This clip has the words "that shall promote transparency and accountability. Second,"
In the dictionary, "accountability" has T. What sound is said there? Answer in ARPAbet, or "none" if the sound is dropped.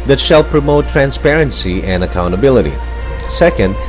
T